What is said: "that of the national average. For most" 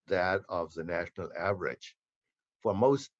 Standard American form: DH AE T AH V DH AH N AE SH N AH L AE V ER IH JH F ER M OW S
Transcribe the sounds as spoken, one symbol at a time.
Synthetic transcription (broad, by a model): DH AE T AH V DH AH N AE SH N AH L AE V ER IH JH F ER M OW S